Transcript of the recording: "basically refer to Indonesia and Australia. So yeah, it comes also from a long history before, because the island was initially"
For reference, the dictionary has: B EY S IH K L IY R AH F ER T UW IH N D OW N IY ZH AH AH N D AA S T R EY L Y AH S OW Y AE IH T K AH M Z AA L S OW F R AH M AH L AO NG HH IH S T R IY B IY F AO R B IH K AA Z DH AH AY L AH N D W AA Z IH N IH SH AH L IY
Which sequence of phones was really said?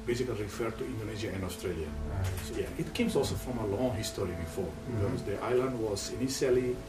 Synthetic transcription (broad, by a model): B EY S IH K L IY R AH F ER T UW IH N D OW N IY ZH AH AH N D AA S T R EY L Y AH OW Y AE IH T K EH M S AA L S OW F R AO M AH L AO NG HH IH S T R IY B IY F AO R B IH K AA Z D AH AY L AH N D W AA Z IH N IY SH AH L IY